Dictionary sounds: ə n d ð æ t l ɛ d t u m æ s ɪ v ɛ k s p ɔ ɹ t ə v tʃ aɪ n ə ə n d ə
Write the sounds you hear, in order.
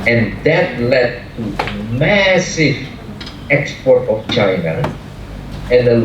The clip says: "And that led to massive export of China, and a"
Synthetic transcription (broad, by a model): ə n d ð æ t l ɛ d t u m æ s ɪ v ɛ k s p ɔ ɹ t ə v tʃ aɪ n ə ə n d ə